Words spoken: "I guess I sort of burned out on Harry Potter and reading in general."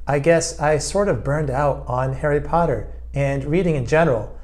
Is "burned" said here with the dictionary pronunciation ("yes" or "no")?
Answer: yes